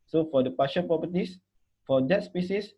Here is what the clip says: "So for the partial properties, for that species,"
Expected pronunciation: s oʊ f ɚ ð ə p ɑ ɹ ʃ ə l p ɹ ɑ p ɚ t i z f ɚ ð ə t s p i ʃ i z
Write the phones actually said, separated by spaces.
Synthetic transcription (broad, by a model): s oʊ f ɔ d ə p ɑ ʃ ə n p ɹ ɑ p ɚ t i s f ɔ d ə t s p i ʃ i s